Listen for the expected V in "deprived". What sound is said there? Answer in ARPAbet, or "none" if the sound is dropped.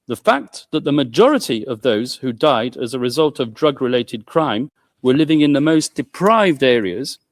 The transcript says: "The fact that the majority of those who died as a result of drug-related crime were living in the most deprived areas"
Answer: V